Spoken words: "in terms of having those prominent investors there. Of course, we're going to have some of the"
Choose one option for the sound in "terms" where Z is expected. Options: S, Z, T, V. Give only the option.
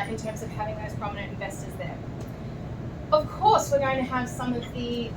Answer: Z